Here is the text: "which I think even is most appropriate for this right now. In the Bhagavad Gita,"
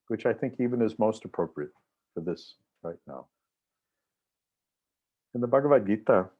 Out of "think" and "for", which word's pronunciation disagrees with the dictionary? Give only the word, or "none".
none